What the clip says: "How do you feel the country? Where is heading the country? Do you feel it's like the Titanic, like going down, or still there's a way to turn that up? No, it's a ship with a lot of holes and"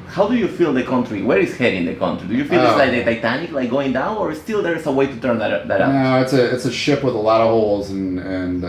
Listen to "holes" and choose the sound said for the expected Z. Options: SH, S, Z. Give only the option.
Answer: Z